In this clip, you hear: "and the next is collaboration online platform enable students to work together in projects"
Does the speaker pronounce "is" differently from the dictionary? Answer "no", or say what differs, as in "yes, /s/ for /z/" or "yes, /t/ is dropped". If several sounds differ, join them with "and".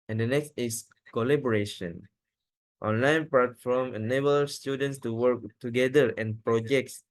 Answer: yes, /s/ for /z/